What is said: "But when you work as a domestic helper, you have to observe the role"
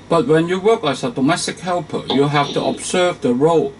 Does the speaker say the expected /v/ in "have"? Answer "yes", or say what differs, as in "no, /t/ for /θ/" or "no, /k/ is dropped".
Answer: no, /f/ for /v/